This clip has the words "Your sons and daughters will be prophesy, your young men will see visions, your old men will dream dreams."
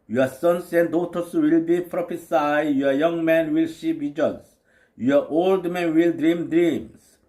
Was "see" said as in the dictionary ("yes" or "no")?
no